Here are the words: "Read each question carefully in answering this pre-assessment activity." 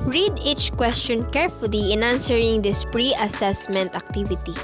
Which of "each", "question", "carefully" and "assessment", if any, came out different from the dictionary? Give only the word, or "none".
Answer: none